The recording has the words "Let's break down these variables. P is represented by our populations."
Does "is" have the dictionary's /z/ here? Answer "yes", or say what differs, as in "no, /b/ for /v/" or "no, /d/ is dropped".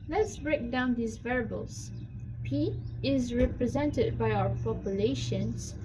yes